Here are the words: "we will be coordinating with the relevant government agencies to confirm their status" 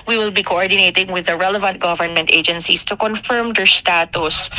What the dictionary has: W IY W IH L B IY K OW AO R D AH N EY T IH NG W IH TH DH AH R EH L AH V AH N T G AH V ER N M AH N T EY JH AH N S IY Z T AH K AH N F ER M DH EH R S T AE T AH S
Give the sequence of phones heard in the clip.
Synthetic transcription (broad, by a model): W IY W IH L B IY K OW AO R D AH N EY T IH NG W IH DH AH R EH L AH V AH N T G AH V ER N M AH N T EY JH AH N S IY S T AH K AH N F ER M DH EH R S T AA T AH S